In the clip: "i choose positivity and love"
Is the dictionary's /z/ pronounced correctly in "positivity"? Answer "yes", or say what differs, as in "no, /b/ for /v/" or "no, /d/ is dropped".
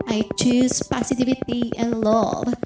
no, /s/ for /z/